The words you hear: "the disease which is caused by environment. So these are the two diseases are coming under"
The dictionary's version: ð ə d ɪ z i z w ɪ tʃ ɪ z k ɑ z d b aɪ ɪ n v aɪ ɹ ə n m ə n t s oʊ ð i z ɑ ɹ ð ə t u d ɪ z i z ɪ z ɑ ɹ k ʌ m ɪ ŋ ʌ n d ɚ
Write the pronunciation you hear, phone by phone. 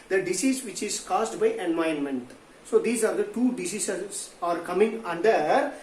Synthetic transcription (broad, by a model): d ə d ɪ s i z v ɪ tʃ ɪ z k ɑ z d b aɪ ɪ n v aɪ ə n m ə n t s oʊ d i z ɑ ɹ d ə t u d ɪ s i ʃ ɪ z ɑ ɹ k ʌ m ɪ ŋ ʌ n d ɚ